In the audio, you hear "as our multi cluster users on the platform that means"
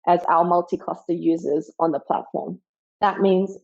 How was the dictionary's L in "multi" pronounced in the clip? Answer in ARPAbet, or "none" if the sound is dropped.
L